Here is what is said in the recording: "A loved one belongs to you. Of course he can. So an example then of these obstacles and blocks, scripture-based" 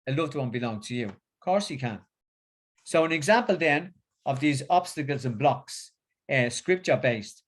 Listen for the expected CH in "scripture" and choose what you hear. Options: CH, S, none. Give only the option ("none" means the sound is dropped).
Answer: CH